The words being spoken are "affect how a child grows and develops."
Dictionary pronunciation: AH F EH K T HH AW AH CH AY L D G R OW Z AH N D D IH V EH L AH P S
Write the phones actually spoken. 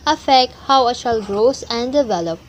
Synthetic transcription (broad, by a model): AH F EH K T HH AW AH SH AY L G R OW S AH N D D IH V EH L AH P